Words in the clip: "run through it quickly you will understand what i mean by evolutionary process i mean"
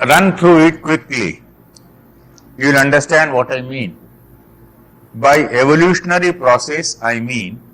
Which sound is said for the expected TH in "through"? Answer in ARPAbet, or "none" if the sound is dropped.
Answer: T